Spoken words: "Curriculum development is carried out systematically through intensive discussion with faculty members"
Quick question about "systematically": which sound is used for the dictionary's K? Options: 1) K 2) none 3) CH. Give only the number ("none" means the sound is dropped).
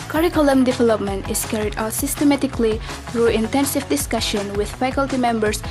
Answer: 1